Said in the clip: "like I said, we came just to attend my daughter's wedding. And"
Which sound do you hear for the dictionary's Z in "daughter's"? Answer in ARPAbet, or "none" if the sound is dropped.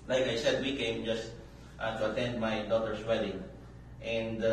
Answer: S